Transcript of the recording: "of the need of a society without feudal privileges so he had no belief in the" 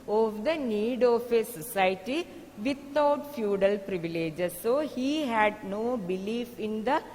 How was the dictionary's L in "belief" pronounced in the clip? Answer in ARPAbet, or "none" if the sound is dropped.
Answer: L